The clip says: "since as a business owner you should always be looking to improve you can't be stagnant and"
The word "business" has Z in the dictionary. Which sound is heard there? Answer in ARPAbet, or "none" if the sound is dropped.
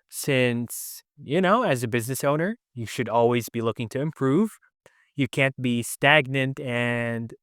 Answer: Z